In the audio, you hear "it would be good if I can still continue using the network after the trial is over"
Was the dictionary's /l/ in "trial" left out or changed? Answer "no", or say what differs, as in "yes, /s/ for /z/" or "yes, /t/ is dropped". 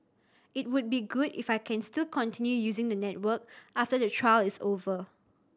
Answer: no